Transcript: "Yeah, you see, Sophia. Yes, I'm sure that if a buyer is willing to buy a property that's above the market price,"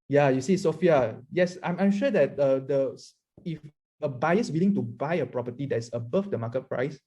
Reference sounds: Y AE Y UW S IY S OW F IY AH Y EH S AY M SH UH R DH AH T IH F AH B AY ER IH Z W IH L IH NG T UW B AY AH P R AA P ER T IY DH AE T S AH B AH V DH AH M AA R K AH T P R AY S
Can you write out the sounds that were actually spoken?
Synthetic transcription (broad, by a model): Y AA Y UW S IY S OW F IY AH Y EH S AY M SH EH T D AH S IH F AH B AY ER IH S W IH L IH NG T UW B AY AH P R AA P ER T IY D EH T S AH B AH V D AH M AA K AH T P R AY S